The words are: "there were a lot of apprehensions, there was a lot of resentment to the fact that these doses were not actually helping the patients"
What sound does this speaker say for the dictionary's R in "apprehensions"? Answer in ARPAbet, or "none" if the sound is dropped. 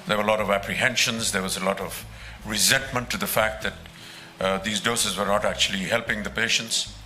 R